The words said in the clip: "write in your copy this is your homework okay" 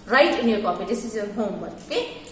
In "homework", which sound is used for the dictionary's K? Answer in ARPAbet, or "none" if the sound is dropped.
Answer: none